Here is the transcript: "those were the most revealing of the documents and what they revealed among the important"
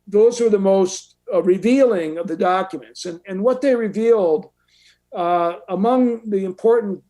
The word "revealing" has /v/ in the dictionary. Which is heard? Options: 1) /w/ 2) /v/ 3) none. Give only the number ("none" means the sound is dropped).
2